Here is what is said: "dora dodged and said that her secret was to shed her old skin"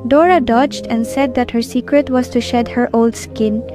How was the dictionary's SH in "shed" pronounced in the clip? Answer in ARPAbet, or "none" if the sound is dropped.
SH